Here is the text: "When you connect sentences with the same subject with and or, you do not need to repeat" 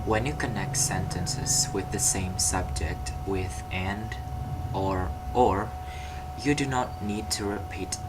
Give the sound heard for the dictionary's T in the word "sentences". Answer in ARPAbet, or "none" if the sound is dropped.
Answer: T